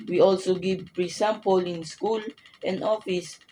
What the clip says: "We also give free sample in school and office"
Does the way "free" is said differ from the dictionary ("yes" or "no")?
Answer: yes